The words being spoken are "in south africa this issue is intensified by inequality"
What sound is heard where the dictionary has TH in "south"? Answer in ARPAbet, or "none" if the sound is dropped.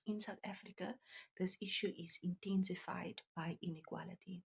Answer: T